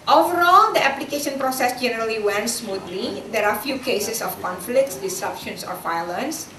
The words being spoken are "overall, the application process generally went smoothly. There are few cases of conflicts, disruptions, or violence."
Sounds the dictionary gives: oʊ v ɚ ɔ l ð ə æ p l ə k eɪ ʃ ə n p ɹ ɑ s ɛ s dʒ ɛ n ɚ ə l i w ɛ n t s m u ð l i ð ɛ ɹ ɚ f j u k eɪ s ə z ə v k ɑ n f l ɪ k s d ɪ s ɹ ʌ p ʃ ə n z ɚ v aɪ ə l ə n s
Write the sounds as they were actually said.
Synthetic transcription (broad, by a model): oʊ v ɚ ɔ l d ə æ p l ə k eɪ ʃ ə n p ɹ ɑ s ɛ s dʒ ɛ n ɚ ə l i w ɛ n s m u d l i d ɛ ɹ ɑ f j u k eɪ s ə s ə f k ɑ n f l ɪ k s d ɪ s ʌ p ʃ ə n s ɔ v aɪ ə l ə n s